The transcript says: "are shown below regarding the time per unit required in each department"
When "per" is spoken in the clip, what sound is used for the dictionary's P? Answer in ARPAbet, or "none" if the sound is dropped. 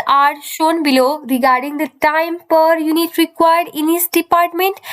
P